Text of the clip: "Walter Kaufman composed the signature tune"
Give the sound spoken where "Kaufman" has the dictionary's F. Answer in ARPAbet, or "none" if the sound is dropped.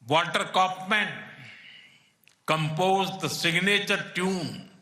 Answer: P